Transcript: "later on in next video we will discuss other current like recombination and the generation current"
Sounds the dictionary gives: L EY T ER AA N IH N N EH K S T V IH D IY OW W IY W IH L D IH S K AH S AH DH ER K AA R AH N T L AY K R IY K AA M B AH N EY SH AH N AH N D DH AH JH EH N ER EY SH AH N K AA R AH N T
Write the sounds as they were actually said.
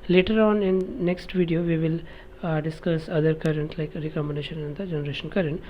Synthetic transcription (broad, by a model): L EY T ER AA N IH N N EH K S T V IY D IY OW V IY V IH L D IH S K AH S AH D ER K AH R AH N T L AY K R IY K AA M AH N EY SH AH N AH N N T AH JH EH N ER EY SH AH N K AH R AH N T